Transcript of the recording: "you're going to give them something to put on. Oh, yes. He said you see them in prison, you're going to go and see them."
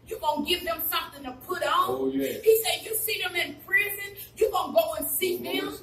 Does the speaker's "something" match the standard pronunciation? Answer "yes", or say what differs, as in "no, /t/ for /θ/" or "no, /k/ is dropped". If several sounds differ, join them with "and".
yes